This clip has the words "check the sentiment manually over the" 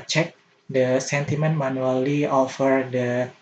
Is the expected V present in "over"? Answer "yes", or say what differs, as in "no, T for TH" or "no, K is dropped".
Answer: no, F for V